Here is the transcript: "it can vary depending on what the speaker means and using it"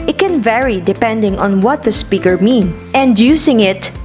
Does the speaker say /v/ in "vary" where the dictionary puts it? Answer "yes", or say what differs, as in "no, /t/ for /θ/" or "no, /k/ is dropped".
yes